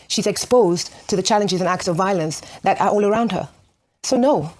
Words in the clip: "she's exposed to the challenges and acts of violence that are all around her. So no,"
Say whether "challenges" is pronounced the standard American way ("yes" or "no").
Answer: yes